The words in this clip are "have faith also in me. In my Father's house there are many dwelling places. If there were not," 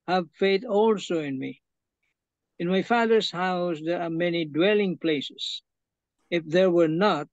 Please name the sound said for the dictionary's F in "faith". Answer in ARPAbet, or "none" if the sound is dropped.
F